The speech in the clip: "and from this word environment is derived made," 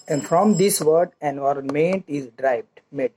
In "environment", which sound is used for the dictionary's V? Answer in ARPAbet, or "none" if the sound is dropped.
none